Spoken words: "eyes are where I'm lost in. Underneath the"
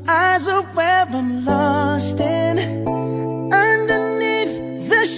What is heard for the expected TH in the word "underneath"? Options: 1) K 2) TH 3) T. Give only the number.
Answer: 2